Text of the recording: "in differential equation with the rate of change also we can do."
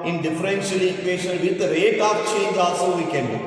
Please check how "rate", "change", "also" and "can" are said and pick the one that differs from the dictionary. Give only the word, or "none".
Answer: also